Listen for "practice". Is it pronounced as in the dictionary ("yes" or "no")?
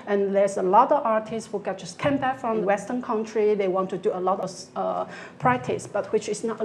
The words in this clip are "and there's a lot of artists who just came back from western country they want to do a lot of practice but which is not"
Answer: no